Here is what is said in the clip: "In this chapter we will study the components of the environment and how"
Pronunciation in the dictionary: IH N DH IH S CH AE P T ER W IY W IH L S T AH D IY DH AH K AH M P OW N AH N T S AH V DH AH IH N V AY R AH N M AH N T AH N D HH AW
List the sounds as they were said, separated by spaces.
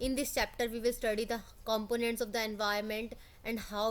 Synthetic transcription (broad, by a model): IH N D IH S CH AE P T ER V IY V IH L S T AH D IY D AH K AH M P OW N AH N T S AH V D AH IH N V AY AH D M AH N T AH N D HH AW